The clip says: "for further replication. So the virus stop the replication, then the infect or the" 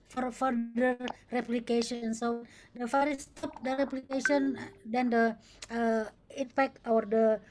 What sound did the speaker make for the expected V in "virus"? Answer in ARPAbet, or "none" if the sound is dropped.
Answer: F